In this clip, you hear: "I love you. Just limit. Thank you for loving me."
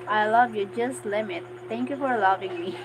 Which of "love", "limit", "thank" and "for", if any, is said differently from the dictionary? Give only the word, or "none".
thank